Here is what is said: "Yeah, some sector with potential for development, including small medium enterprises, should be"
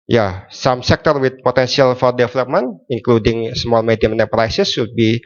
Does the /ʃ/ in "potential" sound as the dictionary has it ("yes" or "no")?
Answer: no